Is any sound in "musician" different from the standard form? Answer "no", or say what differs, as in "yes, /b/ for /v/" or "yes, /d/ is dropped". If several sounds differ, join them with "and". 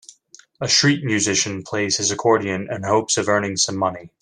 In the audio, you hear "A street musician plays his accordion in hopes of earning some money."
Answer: no